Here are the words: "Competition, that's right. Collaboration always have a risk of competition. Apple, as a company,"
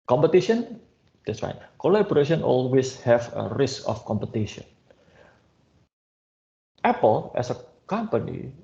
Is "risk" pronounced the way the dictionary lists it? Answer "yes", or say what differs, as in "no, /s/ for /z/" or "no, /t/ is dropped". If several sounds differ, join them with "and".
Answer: yes